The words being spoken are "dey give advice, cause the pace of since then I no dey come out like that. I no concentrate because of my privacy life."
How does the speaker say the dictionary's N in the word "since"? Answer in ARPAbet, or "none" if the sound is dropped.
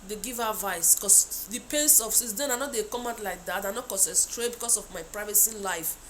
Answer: none